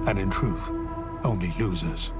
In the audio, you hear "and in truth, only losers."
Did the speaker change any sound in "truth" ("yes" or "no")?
no